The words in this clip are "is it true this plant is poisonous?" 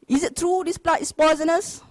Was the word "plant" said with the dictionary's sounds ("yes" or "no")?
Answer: no